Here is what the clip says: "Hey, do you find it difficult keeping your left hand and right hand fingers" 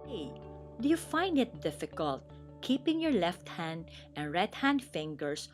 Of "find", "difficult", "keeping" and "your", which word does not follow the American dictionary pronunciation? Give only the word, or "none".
none